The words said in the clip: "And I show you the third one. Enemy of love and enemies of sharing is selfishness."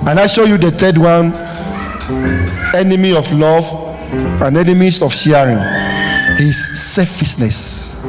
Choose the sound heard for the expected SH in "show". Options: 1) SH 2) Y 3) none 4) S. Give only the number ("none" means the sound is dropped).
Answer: 1